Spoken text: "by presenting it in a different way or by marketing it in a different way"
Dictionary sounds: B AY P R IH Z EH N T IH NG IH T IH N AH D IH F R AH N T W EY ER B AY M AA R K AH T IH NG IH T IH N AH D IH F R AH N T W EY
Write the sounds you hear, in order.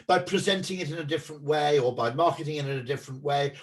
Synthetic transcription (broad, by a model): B AY P R IH Z EH N T IH NG IH T IH N AH D IH F R AH N T W EY ER B AY M AA R K AH T IH NG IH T IH N AH D IH F R AH N T W EY